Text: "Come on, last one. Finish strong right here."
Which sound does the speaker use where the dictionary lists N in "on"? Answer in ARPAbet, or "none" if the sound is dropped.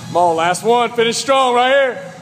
L